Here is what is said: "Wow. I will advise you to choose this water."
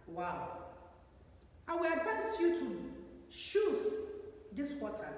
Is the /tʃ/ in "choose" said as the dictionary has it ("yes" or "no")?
no